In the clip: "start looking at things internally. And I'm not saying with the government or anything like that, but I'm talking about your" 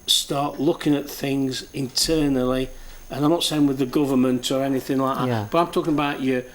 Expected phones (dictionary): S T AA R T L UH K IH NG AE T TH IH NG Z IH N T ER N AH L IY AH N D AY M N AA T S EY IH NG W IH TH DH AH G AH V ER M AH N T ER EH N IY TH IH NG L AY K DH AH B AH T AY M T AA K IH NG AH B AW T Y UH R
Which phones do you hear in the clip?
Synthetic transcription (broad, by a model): S T AA R T L UH K IH NG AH T TH IH NG Z IH N T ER N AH L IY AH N AY M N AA T S EY IH NG W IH DH AH G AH V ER M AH N T ER EH N IY TH IH NG L AY K DH AH B AH T AY M T AA K IH NG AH B AW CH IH